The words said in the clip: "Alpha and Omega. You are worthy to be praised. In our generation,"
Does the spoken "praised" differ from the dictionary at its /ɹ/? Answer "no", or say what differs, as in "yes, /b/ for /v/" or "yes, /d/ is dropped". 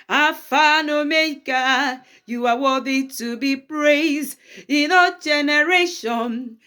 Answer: no